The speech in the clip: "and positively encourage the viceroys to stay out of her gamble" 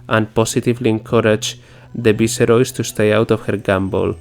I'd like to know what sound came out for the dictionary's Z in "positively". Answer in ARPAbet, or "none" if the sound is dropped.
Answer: S